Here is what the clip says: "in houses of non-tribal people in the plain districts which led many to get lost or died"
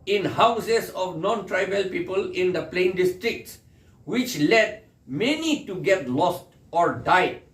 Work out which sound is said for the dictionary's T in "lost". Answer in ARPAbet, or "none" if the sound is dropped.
T